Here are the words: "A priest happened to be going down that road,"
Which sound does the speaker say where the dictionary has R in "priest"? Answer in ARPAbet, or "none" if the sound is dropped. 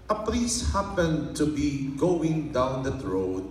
L